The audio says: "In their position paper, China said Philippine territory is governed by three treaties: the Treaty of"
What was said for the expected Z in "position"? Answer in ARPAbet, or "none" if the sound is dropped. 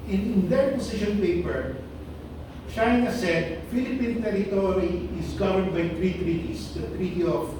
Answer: S